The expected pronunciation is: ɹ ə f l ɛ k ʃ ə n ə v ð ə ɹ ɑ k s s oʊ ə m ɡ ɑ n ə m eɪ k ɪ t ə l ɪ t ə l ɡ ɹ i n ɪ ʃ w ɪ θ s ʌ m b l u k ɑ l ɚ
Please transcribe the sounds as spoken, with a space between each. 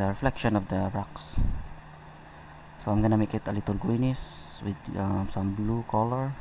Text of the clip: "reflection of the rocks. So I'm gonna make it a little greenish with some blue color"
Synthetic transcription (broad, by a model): ɹ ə f l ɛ k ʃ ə n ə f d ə ɹ ɑ k s s oʊ ə m ɡ ɑ n ə m eɪ k ɪ t ə l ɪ t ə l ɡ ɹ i n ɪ s w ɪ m s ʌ m b l u k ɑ l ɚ